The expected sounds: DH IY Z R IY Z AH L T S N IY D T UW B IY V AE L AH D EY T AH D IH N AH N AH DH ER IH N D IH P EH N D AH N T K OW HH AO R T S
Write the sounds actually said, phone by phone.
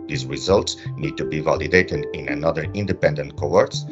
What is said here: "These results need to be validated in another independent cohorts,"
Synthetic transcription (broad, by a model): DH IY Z R IY Z AH L T S N IY D T UW B IY V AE L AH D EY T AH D IH N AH N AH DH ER IH N D IH P EH N D AH N T K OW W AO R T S